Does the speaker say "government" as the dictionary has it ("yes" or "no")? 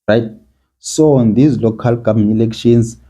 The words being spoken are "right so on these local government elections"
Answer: no